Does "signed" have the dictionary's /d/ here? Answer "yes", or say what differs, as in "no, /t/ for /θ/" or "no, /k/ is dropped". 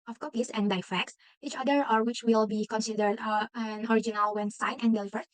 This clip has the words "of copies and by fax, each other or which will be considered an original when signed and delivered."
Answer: no, /d/ is dropped